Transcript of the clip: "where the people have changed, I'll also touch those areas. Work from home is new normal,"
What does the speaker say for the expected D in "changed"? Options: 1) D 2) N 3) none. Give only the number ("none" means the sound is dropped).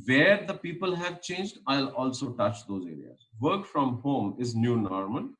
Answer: 1